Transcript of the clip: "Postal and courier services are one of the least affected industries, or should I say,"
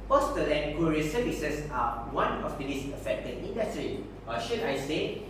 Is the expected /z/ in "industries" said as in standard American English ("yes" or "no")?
no